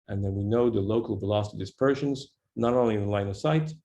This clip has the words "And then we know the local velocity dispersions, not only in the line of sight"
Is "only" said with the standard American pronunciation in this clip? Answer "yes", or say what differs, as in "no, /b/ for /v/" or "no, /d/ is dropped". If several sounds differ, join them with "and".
no, /n/ is dropped